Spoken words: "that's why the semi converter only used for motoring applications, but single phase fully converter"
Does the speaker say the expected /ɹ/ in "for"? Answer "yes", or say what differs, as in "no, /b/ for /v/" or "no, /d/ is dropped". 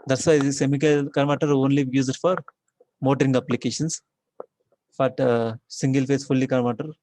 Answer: yes